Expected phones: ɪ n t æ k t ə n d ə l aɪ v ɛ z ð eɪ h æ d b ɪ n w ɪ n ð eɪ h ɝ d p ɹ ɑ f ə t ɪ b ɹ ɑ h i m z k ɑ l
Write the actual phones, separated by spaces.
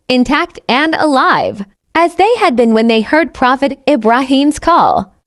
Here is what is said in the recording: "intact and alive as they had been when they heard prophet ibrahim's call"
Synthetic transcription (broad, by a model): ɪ n t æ k t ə n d ə l aɪ v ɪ z ð eɪ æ d b ɪ n w ɪ n ð eɪ h ɝ d p ɹ ɑ f ə t ɪ b ɹ ɑ h i m z k ɑ l